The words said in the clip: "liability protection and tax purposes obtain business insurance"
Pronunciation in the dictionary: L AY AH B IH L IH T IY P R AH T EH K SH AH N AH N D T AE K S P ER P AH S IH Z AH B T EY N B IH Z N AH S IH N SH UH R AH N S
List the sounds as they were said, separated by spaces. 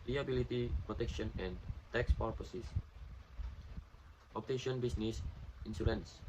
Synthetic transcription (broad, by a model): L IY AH B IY L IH T IY P R AH T EH K SH AH N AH N T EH K S P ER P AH S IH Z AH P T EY N B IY S N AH S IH N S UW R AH N S